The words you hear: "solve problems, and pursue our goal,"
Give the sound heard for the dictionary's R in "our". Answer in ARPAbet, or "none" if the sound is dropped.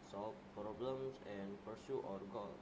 R